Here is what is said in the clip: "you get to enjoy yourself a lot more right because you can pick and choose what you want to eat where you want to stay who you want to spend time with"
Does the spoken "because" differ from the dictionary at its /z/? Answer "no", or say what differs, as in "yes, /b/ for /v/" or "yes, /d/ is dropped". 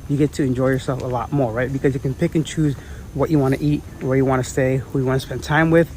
no